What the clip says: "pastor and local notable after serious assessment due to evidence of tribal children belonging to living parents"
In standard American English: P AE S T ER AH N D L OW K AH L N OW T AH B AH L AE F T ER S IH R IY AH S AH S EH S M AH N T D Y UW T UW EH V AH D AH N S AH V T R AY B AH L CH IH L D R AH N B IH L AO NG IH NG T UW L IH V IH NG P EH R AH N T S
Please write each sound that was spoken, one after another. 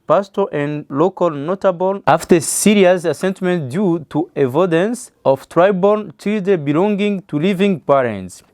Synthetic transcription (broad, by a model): P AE S T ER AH N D L OW K AH L N OW T AH B AH L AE F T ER S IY R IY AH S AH S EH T M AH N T D Y UW T UW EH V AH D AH N S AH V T R AY B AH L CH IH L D AH B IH L AO NG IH NG T UW L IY V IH NG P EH R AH N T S